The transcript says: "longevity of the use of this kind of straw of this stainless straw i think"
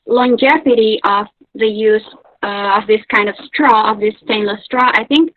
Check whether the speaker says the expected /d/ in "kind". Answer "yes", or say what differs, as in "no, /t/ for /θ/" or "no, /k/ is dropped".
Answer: yes